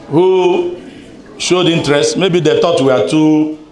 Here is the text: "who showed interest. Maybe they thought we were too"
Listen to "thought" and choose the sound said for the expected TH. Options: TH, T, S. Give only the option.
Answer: T